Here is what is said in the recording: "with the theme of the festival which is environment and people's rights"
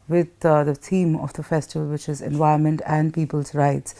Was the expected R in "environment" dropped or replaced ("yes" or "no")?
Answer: yes